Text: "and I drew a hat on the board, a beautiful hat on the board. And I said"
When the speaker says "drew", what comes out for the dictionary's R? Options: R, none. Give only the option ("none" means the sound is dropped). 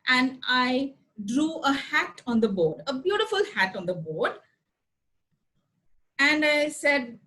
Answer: R